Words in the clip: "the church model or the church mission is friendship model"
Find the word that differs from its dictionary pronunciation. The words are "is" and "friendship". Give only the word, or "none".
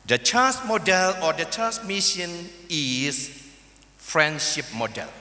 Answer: is